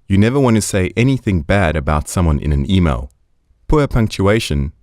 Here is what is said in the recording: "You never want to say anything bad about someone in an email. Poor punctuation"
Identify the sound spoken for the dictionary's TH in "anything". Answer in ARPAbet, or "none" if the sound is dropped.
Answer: TH